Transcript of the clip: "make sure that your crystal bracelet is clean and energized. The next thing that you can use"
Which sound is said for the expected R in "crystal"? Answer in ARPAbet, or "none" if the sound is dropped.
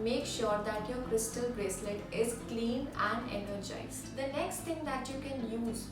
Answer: R